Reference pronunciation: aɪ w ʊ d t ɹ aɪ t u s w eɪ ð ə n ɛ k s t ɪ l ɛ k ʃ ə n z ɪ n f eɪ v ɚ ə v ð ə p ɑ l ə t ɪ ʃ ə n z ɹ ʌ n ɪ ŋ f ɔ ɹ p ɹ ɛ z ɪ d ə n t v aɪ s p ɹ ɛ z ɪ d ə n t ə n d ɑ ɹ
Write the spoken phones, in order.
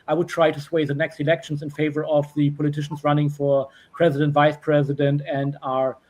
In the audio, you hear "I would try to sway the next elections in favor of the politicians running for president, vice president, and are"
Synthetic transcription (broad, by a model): aɪ w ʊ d t ɹ aɪ t u s w eɪ ð ə n ɛ k s t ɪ l ɛ k ʃ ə n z ɪ n f eɪ v ɚ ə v ð ə p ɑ l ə t ɪ ʃ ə n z ɹ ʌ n ɪ ŋ f ɔ ɹ p ɹ ɛ z ɪ d ə n t v aɪ s p ɹ ɛ z ɪ d ə n t ə n d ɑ ɹ